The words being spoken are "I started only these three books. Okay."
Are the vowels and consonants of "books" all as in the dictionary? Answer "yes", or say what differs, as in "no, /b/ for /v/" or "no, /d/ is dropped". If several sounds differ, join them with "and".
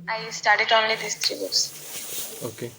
no, /k/ is dropped